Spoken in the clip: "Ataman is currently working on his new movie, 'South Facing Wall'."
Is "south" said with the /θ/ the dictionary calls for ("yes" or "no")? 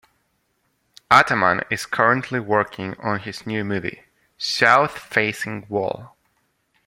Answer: yes